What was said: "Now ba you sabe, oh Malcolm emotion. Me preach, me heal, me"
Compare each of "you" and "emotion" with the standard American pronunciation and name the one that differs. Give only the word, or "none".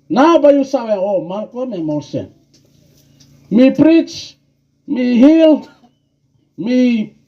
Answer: emotion